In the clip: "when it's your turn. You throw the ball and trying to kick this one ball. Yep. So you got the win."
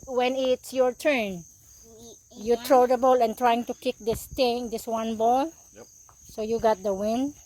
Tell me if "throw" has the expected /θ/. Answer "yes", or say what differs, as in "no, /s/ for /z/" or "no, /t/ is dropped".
no, /t/ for /θ/